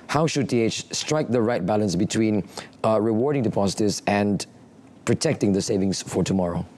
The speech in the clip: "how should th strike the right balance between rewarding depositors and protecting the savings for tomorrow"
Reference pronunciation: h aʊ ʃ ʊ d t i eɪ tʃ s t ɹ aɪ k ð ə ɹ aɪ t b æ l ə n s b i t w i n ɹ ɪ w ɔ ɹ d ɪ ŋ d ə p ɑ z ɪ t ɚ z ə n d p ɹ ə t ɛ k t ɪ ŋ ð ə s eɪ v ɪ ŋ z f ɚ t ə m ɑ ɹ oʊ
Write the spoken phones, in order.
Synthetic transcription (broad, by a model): h aʊ ʃ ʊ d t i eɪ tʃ s t ɹ aɪ k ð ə ɹ aɪ t b æ l ə n s b i t w i n ɹ ɪ w ɔ ɹ d ɪ ŋ d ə p ɑ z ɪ t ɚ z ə n p ɹ ə t ɛ k t ɪ ŋ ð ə s eɪ v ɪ ŋ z f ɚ t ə m ɑ ɹ oʊ